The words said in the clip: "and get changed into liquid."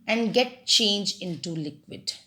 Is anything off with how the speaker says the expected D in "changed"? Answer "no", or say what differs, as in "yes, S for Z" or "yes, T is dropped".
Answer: yes, D is dropped